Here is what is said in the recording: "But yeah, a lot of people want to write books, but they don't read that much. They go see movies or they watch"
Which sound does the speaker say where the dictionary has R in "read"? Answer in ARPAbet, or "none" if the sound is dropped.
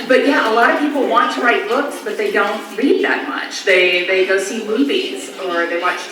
L